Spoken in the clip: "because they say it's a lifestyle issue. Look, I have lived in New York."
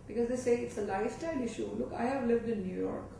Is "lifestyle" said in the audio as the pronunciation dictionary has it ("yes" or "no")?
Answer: no